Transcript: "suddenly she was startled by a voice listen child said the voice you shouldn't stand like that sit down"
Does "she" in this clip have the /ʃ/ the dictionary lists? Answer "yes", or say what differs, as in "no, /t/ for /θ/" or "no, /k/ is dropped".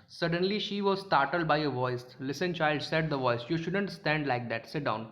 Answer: yes